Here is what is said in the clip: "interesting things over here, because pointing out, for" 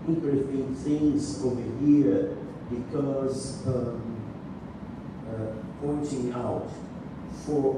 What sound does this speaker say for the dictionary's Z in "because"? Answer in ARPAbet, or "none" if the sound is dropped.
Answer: Z